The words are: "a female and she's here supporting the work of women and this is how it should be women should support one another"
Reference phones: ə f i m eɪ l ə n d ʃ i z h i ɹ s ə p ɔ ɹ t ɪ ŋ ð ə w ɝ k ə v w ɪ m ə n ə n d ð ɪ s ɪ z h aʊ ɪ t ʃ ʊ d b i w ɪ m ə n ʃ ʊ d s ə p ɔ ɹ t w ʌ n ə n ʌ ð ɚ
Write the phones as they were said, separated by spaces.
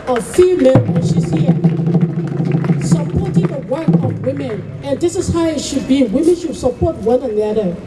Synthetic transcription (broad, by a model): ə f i m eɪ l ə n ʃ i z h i s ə p ɔ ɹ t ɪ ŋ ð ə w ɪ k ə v w ɪ m ə n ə n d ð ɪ s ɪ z h aʊ ɪ t ʃ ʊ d b i w ɪ m ə n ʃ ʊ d s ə p ɔ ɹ t w ʌ n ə n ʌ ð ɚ